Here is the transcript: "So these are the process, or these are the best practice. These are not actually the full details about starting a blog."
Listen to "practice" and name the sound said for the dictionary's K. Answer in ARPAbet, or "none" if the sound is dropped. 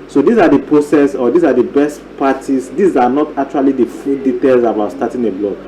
none